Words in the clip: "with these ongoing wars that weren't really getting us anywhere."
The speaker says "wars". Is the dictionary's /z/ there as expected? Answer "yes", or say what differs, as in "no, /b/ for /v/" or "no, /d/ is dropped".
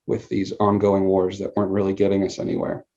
yes